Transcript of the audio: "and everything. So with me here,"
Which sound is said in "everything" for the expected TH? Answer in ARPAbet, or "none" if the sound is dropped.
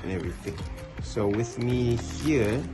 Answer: TH